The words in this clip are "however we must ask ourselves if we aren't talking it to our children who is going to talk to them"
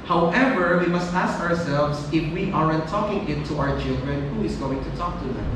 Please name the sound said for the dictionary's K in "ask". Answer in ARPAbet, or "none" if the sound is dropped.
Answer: K